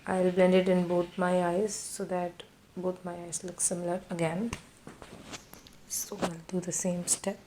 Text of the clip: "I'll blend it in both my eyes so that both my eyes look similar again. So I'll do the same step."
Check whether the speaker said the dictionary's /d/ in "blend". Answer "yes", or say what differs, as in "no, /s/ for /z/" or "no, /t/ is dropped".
yes